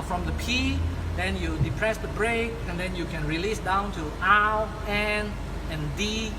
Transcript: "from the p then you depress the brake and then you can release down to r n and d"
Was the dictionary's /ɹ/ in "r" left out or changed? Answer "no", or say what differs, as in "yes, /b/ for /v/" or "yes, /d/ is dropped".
yes, /l/ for /ɹ/